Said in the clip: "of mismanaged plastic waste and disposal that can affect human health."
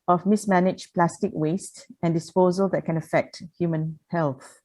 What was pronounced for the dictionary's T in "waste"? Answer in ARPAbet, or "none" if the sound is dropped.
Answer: T